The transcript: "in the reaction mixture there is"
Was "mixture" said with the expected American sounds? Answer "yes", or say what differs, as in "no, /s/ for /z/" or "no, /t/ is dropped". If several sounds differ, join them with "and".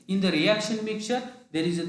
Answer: no, /s/ is dropped